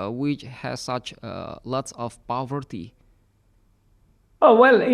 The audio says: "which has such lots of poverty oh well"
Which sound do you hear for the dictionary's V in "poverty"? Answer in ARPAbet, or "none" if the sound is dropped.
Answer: V